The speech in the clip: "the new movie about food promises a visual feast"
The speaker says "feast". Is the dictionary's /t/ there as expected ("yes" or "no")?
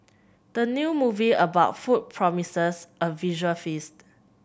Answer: yes